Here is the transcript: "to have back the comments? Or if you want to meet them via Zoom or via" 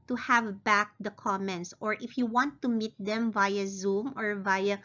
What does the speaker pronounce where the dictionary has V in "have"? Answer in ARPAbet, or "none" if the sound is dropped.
V